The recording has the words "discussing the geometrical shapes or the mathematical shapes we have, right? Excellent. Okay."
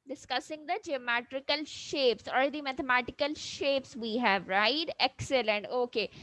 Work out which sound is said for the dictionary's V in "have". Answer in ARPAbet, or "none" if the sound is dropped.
V